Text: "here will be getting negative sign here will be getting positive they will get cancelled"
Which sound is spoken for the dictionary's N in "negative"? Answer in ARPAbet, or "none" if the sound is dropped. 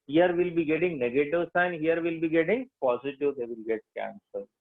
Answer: N